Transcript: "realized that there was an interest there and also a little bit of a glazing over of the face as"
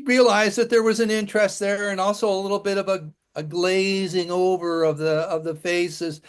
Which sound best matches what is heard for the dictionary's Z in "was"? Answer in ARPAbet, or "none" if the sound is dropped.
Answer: Z